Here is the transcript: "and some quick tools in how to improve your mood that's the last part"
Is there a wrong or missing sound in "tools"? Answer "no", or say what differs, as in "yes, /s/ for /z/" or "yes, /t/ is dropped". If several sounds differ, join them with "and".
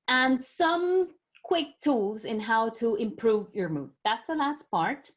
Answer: no